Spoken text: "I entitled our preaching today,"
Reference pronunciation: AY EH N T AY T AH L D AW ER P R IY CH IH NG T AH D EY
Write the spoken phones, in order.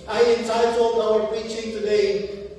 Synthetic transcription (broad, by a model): AY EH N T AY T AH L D AW ER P IY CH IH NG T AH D EY